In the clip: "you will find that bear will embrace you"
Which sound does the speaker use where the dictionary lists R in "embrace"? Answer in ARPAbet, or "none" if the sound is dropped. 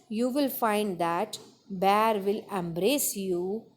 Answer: R